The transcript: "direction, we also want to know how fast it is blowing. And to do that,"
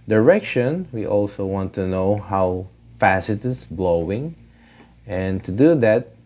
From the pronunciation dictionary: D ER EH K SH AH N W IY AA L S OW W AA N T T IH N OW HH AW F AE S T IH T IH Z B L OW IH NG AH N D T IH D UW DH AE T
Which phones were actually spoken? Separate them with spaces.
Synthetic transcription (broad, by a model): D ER EH K SH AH N W IY AA L S OW W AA N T T IH N OW HH AW F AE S IH T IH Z B L OW IH NG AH N T IH D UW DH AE T